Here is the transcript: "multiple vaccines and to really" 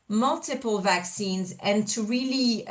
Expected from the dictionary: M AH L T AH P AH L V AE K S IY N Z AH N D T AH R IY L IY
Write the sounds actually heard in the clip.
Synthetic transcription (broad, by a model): M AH L T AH P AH L V AE K S IY N Z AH N T AH R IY L IY